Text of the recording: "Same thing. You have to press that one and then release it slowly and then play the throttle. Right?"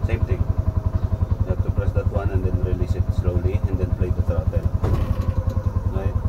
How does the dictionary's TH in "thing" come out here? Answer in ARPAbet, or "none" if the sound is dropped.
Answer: T